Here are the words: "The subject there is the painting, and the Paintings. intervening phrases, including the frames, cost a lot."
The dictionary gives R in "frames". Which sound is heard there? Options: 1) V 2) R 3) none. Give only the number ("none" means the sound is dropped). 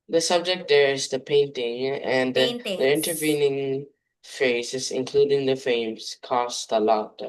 3